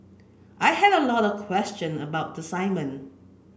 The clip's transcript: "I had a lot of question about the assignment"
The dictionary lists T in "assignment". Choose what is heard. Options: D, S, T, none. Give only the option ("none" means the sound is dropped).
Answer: none